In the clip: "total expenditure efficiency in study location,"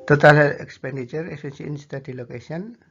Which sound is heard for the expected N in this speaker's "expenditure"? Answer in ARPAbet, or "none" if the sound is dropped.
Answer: N